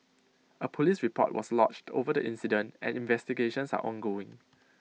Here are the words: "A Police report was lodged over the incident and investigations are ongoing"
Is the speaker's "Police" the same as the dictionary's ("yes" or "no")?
yes